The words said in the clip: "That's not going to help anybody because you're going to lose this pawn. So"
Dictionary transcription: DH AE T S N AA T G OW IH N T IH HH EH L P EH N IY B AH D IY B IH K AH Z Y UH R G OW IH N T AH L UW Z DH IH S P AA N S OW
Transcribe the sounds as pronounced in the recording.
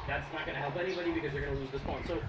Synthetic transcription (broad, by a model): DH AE T S N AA T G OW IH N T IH HH EH L P EH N IY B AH D IY B IH K AH Z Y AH R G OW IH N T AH L UW Z DH IH S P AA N S OW